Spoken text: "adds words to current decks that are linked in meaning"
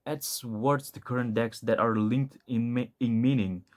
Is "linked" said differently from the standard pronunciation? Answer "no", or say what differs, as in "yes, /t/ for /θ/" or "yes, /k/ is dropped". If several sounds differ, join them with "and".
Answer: no